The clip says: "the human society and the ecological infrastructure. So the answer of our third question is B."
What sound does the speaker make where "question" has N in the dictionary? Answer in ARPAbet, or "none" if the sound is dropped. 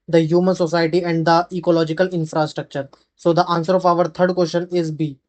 N